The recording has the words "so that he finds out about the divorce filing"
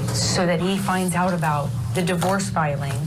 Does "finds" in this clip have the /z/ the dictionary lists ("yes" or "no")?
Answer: yes